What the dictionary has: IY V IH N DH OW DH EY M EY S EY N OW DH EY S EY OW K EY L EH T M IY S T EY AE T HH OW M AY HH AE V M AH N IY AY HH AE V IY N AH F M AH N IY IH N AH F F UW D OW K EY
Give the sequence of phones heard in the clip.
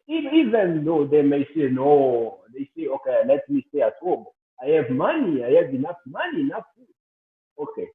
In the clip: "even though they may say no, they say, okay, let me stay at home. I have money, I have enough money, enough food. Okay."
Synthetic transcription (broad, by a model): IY V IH N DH OW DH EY M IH S EY N OW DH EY S EY OW K EY L EH T M IY S T EY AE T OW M AY HH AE V M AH N IY AY HH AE V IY N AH F M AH N IY N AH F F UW OW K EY